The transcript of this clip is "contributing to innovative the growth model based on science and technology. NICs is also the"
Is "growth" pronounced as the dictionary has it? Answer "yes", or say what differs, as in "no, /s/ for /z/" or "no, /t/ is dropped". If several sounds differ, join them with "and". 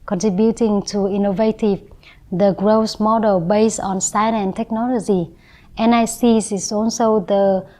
no, /s/ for /θ/